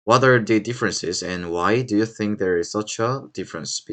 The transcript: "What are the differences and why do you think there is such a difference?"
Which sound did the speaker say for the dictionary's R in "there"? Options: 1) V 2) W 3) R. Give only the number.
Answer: 3